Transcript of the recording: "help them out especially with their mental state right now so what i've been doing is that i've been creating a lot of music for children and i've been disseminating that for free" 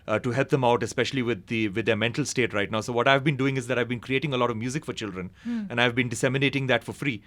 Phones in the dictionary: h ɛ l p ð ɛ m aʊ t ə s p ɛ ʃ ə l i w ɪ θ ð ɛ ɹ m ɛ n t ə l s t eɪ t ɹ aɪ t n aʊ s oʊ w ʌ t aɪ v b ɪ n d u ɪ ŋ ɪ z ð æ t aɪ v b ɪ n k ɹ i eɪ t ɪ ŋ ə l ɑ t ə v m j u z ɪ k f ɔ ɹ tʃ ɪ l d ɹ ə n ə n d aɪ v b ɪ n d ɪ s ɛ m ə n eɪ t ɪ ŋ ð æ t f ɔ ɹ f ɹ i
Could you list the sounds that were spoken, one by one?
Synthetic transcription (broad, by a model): h ɛ l p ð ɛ m aʊ t ə s p ɛ ʃ ə l i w ɪ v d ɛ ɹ m ɛ n t ə l s t eɪ t ɹ aɪ t n aʊ s oʊ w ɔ t aɪ v b ɪ n d u ɪ ŋ ɪ z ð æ t aɪ v b ɪ n k ɹ i eɪ t ɪ ŋ ə l ɑ t ə v m j u z ɪ k f ɔ ɹ tʃ ɪ l d ɹ ə n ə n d aɪ v b ɪ n d ɪ s ɛ m ə n eɪ t ɪ ŋ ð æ t f ɔ ɹ f ɹ i